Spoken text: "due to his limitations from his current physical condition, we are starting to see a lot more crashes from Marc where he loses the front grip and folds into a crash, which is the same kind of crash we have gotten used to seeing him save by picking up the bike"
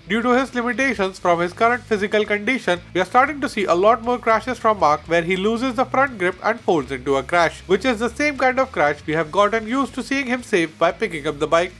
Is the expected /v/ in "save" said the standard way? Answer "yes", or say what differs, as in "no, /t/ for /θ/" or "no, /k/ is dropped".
no, /f/ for /v/